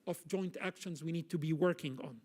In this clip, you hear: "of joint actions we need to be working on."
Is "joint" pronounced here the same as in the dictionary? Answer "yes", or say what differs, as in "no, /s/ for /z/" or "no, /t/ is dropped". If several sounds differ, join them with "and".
yes